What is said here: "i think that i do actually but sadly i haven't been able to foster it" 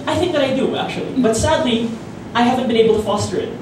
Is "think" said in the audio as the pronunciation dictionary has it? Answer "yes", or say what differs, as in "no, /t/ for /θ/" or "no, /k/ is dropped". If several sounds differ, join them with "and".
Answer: yes